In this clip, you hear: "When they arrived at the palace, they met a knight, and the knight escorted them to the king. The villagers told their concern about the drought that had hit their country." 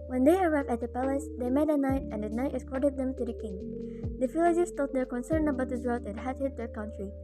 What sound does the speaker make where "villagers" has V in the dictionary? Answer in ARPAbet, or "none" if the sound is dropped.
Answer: F